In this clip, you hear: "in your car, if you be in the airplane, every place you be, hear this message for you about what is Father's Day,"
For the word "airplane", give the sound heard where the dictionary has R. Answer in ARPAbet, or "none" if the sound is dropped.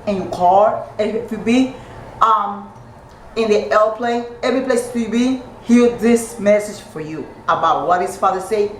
L